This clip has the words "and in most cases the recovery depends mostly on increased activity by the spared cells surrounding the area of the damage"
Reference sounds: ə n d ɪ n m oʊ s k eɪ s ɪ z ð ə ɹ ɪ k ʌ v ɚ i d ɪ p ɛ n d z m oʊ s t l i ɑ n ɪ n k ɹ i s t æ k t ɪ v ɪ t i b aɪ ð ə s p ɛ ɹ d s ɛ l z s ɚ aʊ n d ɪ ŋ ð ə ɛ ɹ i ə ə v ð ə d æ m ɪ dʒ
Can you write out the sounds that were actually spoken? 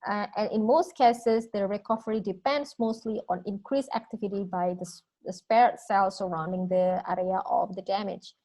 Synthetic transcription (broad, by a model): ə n ɪ n m oʊ s k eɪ s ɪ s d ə ɹ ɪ k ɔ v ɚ i d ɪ p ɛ n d s m oʊ s t l i ɑ n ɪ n k ɹ i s æ k t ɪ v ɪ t i b aɪ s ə s p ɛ ɹ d s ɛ l s ɚ aʊ n d ɪ ŋ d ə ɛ ɹ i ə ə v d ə d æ m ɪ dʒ